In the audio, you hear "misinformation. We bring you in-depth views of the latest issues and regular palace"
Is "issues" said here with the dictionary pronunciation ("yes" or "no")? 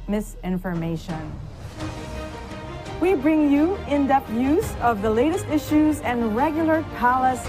yes